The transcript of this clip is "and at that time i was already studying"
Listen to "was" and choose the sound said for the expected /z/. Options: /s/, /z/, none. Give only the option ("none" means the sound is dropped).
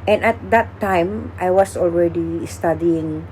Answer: /s/